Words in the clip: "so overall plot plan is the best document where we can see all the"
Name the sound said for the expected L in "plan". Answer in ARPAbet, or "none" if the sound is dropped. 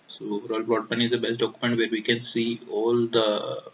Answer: none